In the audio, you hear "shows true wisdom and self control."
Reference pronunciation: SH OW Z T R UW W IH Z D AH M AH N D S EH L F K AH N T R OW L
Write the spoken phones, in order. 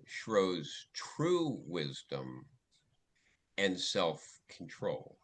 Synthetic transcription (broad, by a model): SH OW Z T R UW W IH Z D AH M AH N S EH L F K N T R OW L